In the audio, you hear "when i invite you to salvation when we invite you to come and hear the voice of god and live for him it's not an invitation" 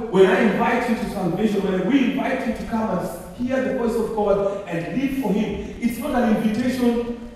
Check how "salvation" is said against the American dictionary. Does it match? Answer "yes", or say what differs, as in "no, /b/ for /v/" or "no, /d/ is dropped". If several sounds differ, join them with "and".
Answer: no, /n/ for /l/